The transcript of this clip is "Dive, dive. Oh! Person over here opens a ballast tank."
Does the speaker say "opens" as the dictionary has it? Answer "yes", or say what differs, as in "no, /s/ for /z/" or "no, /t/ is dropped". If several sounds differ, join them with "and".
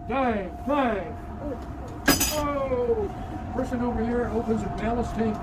yes